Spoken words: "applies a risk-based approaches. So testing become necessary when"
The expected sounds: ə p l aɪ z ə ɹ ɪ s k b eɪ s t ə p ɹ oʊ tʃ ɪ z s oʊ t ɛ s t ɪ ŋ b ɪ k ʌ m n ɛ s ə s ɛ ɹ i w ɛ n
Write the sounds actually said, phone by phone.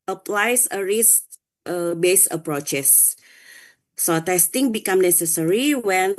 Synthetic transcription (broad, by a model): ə p l aɪ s ə ɹ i s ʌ b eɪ s ə p ɹ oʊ tʃ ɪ s oʊ t ɛ s t ɪ ŋ b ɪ k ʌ m n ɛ s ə s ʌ ɹ i w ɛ n